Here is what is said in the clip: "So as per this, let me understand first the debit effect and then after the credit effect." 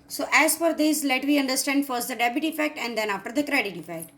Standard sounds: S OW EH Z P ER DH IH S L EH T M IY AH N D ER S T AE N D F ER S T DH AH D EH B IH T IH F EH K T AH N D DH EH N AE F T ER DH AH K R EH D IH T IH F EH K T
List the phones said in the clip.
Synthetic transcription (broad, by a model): S OW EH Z F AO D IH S L EH T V IY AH N D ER S T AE N D F ER S T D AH D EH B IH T IH F EH K T AH N D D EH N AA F T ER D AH K R EH D IH T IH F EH K T